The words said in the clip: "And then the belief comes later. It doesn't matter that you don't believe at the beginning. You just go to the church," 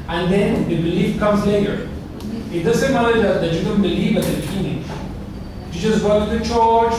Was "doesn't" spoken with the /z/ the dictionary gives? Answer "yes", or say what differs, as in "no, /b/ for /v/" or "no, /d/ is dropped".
no, /s/ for /z/